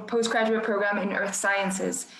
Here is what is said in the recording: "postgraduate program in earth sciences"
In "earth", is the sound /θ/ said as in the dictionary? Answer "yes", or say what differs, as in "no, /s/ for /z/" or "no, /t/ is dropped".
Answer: yes